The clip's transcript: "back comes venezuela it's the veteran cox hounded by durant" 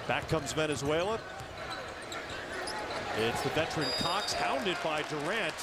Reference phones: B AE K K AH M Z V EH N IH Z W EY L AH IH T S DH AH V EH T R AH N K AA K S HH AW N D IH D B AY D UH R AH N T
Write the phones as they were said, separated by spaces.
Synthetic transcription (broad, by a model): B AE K K AH M Z V EH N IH Z W EY L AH IH T S DH AH V EH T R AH N K AA K S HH AW N D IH D B AY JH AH R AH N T